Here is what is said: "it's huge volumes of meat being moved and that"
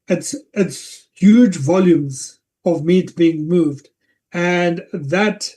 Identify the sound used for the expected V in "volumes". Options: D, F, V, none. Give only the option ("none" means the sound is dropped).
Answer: V